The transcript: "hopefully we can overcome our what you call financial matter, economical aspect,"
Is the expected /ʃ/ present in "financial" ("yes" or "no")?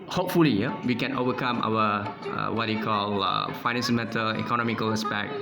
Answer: no